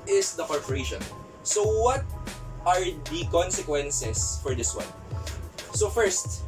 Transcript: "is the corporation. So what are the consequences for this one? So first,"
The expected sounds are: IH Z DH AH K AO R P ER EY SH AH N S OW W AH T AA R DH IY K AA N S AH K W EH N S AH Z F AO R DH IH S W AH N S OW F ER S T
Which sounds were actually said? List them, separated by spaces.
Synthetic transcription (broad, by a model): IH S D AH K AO R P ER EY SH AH N S OW W AH T AA R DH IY K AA N S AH K W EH N S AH S F AO R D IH S W AH N S OW F ER S T